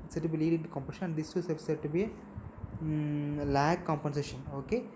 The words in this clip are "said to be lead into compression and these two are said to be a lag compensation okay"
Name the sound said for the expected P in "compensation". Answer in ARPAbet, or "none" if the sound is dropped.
P